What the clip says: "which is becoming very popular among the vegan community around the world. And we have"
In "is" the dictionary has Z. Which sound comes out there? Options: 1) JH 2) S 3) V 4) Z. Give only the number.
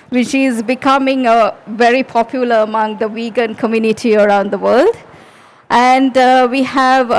4